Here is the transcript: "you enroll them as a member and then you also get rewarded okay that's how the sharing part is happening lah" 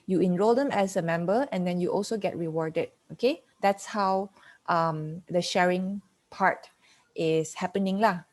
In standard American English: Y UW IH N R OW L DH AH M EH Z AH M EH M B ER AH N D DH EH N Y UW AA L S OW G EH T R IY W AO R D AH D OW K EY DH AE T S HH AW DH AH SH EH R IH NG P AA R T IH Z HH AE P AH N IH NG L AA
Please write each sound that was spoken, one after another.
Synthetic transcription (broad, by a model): Y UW IH N R OW L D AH M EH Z AH M EH M B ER AH N D EH N Y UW AA L S OW G EH T R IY W AO R D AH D OW K EY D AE T S HH AW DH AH SH EH R IH NG P AA R T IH S HH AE P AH N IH NG L AA